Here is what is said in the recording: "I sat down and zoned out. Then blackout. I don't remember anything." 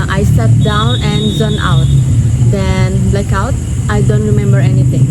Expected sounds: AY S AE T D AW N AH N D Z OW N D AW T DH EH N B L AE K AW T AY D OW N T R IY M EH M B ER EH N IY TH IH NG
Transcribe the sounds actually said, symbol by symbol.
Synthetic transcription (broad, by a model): AY S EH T D AW N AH N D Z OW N AW T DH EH N L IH K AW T AY D OW N T R IY M EH M B ER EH N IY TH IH NG